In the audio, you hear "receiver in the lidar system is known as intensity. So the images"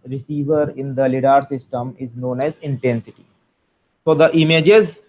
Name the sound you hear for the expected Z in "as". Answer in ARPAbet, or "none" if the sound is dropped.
Z